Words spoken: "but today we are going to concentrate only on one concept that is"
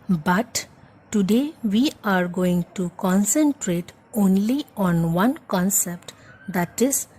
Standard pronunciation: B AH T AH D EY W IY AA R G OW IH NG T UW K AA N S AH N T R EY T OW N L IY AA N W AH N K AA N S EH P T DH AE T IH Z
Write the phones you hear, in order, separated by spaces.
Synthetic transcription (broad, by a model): B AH T AH D EY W IY AA R G OW IH NG T UW K AA N S AH N T R EY T OW N L IY AA N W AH N K AA N S EH P T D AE T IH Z